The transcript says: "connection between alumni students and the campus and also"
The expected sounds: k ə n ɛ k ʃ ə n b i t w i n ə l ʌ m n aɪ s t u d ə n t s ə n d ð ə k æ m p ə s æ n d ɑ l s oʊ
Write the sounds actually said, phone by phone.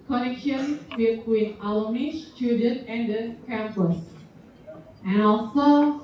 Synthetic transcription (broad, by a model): k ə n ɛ k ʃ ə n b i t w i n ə l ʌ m i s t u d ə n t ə n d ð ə k æ m p ə s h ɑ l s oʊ